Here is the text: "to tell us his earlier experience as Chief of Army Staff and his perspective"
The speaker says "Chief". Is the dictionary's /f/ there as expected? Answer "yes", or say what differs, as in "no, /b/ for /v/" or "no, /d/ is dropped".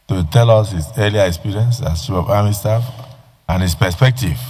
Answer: no, /f/ is dropped